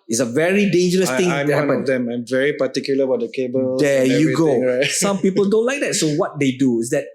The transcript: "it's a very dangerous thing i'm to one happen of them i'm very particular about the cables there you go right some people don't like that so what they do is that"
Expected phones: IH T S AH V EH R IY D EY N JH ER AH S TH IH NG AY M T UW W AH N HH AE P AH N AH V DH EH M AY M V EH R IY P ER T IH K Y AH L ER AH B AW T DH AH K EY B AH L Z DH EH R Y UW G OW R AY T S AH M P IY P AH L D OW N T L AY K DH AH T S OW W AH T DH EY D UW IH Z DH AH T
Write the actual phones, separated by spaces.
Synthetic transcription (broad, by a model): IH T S AH V EH R IY D EY N JH ER AH S T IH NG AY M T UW HH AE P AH AH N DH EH M AY M V EH R IY P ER T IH K Y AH L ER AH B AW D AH K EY B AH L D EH Y UW G OW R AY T S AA M P IY P AH L D OW N T L AY K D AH T S OW W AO T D EY D UW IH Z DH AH T